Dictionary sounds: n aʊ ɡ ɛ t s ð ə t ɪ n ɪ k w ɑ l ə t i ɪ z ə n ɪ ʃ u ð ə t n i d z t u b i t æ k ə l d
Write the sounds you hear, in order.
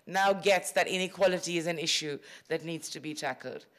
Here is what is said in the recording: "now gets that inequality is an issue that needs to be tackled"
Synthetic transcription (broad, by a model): n aʊ ɡ ɛ t s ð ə t ɪ n ɪ k w ɑ l ə t i ɪ z ə n ɪ ʃ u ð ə t n i d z t u b i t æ k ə l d